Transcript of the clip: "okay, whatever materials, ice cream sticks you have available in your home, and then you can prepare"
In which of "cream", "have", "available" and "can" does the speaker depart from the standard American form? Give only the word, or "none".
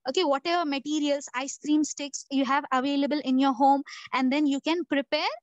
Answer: none